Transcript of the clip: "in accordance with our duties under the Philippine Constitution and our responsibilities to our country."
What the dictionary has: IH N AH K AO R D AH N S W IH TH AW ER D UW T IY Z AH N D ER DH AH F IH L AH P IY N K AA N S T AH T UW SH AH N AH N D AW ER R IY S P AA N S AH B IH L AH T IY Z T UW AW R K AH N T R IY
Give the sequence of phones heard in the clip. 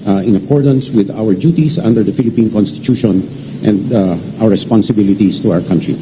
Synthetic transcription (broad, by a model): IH N AH K AO R D AH N S W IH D AW ER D UW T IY S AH N D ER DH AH F IH L AH P IY N K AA N S T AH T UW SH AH N AH N D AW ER R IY S P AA N S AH B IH L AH T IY S T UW AW R K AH N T R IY